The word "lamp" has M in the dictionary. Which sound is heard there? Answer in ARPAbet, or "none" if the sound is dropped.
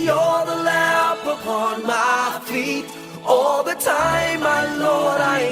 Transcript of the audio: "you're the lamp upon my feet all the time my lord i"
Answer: none